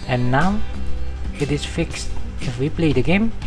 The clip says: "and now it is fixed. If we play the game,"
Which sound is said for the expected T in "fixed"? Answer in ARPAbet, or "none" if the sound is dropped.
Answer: T